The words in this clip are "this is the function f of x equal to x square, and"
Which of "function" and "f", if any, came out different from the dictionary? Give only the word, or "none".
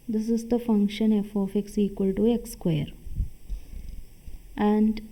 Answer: none